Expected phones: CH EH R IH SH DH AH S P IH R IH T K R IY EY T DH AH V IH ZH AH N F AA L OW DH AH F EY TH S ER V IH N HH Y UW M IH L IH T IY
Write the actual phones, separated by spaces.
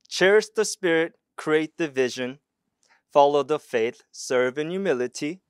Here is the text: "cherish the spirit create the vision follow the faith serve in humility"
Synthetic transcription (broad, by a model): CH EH R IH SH DH AH S P IH R IH T K R IY EY T DH AH V IH ZH AH N F AA L OW DH AH F EY TH S ER V IH N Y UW M IH L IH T IY